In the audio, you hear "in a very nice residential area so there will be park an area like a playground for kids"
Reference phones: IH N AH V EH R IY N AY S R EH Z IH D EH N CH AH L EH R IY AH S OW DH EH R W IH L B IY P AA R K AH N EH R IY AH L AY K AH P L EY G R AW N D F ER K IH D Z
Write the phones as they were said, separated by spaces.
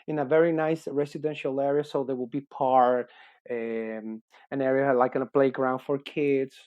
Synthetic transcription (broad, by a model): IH N AH V EH R IY N AY S R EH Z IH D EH N SH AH L EH R IY AH S OW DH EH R W IH L B IY P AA R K AH N EH R IY AH L AY K AH B L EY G R AW N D F ER K IH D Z